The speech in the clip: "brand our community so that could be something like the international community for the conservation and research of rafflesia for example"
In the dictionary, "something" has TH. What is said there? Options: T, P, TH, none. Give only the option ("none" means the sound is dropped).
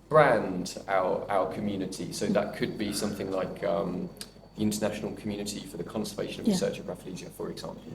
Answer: TH